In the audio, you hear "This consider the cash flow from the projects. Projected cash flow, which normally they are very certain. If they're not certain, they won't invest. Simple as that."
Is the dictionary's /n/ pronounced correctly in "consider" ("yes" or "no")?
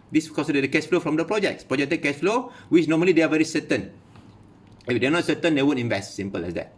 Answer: no